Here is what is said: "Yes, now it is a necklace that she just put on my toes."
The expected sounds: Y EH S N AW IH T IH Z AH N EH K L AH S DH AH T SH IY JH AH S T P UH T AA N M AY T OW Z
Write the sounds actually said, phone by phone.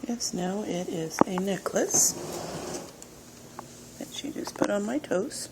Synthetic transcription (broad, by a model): Y EH S N AW IH T IH Z AH N EH K L AH S DH AH T SH IY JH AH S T P UH T N M AY T OW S